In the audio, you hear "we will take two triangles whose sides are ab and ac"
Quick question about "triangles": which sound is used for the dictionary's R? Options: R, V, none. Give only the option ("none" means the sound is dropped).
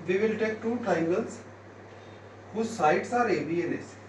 none